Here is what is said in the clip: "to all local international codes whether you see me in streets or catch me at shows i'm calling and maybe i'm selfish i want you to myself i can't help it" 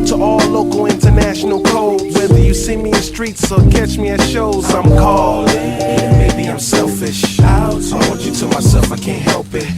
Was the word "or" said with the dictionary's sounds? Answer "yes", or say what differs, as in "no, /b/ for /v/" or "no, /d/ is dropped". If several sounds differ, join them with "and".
no, /l/ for /ɹ/